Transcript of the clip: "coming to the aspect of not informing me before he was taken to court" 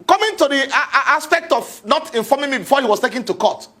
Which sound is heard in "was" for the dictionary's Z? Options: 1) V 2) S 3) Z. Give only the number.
2